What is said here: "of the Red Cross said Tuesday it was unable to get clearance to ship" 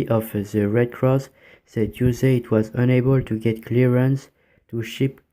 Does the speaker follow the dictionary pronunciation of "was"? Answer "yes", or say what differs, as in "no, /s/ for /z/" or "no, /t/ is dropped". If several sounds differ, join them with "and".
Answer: yes